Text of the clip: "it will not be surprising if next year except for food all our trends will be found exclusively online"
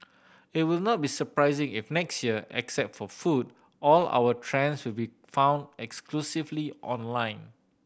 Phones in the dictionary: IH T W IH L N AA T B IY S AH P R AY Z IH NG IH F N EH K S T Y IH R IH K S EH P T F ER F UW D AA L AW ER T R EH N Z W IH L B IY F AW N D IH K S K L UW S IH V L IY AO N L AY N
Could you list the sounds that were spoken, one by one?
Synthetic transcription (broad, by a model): IH T W IH L N AA T B IY S AH P R AY Z IH NG IH F N EH K S T Y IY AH IH K S EH P T F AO F UW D AA L AW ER T R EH N S W IH L B IY F AW N D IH K S K L UW S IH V L IY AO N L AY N